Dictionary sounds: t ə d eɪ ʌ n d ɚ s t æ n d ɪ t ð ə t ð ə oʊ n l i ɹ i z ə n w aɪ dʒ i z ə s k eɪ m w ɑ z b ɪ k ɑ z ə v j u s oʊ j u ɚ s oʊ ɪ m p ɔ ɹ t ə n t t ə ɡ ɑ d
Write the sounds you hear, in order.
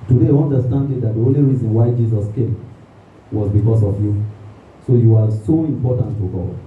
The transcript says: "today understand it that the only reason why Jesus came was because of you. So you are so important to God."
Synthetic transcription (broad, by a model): t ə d eɪ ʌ n d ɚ s t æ n d ɪ t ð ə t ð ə oʊ n l i ɹ i z ə n w aɪ dʒ i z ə s k eɪ m w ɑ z b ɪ k ɑ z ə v j u s oʊ j u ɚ s oʊ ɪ m p ɔ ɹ t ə n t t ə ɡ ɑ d